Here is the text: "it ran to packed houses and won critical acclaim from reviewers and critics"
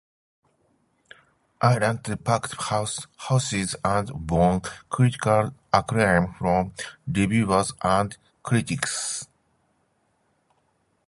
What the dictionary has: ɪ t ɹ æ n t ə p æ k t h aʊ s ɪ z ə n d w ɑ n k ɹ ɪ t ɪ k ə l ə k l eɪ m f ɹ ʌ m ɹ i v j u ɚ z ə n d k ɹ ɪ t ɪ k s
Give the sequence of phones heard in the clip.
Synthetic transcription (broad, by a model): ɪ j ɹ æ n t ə p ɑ k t h aʊ s ɪ z ə n d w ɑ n k ɹ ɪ t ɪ k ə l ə k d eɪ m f ɹ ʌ m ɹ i b j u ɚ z ə n d k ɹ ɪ t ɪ k s